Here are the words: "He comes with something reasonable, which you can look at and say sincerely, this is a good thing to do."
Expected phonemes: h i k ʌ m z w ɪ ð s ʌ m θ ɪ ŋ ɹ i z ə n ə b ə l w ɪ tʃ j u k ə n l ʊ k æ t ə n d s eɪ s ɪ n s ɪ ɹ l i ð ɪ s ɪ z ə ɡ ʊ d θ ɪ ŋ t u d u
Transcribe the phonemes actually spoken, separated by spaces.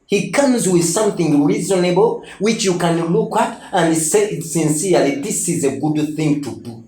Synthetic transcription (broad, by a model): h i k ʌ m z w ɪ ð s ʌ m θ ɪ ŋ ɹ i z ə n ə b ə l w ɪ tʃ j u k ə n l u k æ t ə n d s eɪ s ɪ n s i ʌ l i ð ɪ s ɪ z ə ɡ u d θ ɪ ŋ t u d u